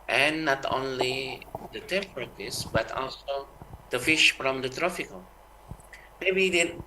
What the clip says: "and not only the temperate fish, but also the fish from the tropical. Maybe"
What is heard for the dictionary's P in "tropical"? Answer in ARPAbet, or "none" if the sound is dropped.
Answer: F